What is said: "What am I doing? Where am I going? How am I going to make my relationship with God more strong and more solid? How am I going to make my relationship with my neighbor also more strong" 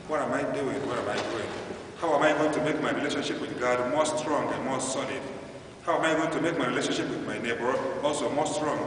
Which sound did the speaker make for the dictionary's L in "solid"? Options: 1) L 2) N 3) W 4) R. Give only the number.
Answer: 2